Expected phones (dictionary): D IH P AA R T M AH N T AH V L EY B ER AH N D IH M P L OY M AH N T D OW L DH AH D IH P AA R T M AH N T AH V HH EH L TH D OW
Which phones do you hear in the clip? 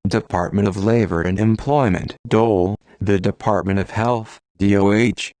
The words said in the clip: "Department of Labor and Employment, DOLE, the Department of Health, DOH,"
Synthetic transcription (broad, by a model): D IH P AA R T M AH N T AH V L EY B ER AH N IH M P L OY M AH N T D OW L DH AH D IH P AA R T M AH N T AH V HH EH L TH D OW